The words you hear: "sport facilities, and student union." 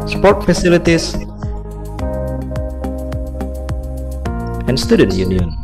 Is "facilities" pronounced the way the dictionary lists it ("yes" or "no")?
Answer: no